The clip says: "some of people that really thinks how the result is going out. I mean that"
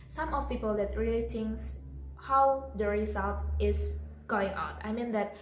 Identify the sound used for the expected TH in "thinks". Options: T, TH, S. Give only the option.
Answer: T